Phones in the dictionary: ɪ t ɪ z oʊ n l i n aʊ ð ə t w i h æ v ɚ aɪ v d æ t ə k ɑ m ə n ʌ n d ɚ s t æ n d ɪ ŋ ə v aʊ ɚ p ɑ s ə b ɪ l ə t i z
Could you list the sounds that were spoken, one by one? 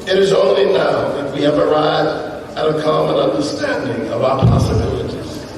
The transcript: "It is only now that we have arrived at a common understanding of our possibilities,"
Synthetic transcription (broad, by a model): ɪ t ɪ z oʊ n l i n aʊ ð ə t w i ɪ v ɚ aɪ d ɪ t ə k ɑ m ə n ʌ n d ɚ s t æ n d ɪ ŋ ə v aʊ ɚ p ɑ s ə b ɪ l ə t i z